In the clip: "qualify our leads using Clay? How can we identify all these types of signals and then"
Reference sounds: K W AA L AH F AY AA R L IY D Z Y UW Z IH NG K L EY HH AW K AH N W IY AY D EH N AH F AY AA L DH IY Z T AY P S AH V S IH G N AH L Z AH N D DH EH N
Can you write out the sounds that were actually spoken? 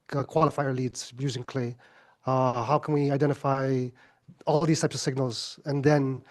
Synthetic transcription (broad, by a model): K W AA L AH F AY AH R L IY D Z Y UW Z IH NG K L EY HH AW K AH N W IY AY D EH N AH F AY AA L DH IY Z T AY P S AH V S IH G N AH L Z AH N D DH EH N